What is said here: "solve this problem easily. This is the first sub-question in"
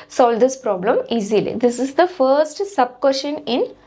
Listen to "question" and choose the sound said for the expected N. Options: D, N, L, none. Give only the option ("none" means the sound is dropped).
N